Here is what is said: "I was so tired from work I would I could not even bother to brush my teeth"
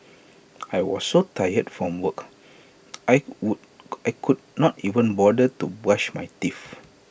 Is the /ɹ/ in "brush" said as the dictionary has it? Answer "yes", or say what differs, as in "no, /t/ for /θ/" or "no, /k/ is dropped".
no, /ɹ/ is dropped